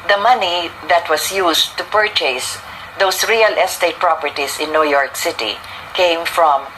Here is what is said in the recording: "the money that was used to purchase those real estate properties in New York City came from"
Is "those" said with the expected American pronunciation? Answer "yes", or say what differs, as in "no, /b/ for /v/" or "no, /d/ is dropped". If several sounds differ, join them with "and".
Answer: no, /s/ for /z/